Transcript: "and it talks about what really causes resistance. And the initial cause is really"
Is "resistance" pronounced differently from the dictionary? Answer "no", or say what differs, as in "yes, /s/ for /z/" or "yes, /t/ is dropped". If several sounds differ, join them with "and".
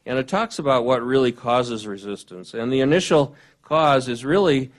no